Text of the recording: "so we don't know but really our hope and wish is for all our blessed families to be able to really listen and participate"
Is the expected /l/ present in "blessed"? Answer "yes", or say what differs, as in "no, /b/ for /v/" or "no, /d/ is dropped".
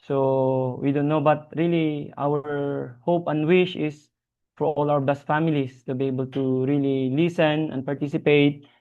no, /l/ is dropped